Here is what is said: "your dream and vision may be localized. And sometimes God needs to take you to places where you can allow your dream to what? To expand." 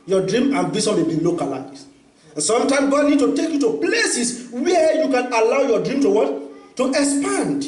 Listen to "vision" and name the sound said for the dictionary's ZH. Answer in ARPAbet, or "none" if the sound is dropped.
S